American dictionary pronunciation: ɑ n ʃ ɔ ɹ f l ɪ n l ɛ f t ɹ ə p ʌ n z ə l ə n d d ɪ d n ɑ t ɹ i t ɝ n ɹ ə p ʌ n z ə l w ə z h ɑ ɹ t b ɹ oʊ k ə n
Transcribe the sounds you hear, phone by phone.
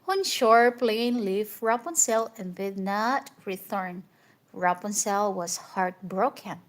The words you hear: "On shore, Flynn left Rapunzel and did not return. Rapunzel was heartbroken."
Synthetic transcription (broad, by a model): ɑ n ʃ ɔ ɹ p l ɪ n l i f ɹ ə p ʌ n s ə l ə n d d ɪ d n ɑ t ɹ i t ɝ n ɹ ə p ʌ n s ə l w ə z h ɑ ɹ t b ɹ oʊ k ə n